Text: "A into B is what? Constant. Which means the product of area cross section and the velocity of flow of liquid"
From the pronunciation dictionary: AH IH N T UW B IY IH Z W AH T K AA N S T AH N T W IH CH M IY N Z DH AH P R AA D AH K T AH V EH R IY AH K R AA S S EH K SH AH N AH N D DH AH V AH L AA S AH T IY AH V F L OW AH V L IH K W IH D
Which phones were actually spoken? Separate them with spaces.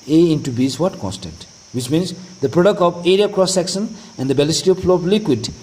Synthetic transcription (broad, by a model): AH IH N T UW B IY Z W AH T K AA N S T AH N T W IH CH M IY N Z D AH P R AA D AH K T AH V EH R IY AH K R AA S S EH K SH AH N AH N D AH B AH L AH S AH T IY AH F L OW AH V L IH K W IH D